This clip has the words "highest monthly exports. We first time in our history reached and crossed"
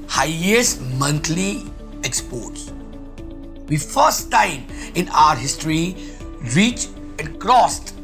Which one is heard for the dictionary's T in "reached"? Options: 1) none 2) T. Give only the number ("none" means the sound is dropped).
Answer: 1